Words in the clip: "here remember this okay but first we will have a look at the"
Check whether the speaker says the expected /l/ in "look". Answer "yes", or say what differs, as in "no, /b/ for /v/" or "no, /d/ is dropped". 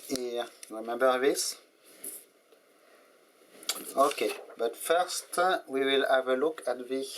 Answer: yes